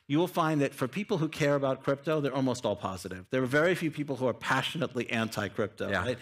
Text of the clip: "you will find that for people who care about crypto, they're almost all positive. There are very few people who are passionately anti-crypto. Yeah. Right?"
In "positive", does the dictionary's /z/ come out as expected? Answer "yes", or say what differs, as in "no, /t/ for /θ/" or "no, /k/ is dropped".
yes